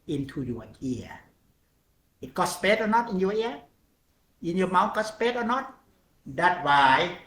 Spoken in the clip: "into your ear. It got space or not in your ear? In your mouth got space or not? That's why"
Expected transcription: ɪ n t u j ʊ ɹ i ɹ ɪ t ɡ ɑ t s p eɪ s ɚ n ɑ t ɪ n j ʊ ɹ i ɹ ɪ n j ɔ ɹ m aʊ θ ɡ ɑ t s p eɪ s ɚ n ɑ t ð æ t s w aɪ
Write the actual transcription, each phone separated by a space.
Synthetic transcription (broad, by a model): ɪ n t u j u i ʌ ɪ t ɡ ɑ t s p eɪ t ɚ n ɑ t ɪ n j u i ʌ ɪ n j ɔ m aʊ t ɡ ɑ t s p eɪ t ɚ n ɑ t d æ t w aɪ